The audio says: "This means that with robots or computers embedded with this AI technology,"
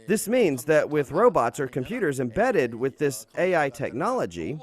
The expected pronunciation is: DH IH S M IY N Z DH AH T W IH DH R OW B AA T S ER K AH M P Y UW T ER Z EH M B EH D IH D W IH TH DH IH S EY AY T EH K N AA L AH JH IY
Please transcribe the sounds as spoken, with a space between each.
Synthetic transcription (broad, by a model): DH IH S M IY N Z DH AH T W IH DH R OW B AA T S ER K AH M P Y UW T ER Z EH M B EH D IH D W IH DH IH S EY AY T EH K N AA L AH JH IY